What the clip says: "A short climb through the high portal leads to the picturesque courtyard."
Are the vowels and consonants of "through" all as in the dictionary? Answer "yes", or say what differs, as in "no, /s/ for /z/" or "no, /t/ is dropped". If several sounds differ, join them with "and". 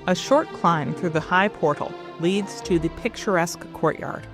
yes